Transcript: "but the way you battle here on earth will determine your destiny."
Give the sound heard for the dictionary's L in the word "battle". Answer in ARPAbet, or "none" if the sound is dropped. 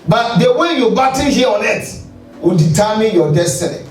N